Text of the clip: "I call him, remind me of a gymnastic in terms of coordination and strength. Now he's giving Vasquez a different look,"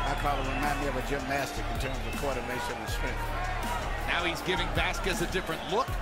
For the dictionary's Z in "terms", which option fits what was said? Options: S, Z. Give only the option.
Z